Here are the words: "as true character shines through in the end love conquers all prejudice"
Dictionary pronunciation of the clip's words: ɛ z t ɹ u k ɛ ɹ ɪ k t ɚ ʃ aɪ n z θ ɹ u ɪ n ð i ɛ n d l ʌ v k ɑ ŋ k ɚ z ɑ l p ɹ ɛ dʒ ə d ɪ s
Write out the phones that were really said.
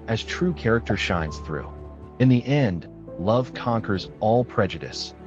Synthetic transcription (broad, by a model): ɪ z t ɹ u k ɛ ɹ ɪ k t ɚ ʃ aɪ n z θ ɹ u ɪ n ð i ɛ n d l ʌ v k ɑ ŋ k ɚ z ɑ l p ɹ ɛ dʒ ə d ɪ s